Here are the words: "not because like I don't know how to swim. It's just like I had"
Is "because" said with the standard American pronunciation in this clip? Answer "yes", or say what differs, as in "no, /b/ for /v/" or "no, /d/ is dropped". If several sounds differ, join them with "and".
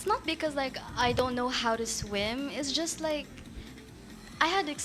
yes